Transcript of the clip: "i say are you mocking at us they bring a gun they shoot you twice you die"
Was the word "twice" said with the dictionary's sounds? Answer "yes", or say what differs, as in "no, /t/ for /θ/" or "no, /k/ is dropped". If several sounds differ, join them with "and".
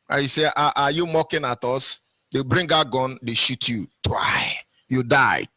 no, /s/ is dropped